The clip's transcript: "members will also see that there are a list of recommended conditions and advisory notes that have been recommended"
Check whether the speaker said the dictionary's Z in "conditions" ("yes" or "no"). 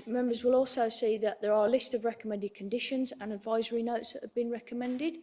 yes